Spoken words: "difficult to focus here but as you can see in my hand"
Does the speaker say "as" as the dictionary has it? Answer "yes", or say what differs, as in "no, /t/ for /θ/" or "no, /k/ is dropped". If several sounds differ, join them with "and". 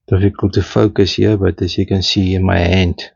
no, /s/ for /z/